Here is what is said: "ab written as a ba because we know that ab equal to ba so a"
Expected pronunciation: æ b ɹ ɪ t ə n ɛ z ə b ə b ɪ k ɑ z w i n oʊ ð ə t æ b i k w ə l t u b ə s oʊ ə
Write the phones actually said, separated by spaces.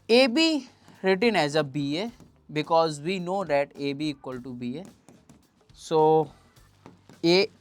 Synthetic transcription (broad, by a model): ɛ b ɹ ɪ t ə n ɛ z ə b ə b ɪ k ɑ z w i n oʊ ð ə t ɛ b i k w ə l t u b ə s oʊ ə